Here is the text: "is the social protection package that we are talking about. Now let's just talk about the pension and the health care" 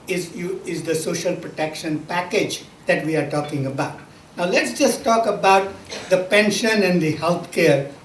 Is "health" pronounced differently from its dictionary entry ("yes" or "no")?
yes